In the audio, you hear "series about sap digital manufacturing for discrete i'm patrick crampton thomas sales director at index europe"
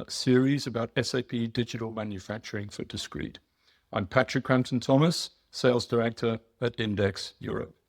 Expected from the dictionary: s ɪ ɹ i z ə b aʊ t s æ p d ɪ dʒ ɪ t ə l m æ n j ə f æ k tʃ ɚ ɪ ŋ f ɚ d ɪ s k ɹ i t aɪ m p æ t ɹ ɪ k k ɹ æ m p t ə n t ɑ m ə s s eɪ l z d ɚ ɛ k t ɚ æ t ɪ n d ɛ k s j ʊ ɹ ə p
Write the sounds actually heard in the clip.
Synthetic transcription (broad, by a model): s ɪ ɹ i z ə b aʊ t s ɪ p d ɪ dʒ ɪ t ə l m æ n j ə f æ k tʃ ɚ ɪ ŋ f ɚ d ɪ s k ɹ i t aɪ m p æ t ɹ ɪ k k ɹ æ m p t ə n t ɑ m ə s s eɪ l z d ɚ ɛ k t ɚ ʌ t ɪ n d ɛ k s j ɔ ɹ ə p